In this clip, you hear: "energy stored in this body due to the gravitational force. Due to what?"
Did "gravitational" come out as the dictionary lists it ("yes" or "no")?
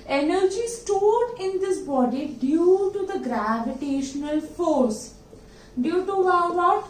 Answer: yes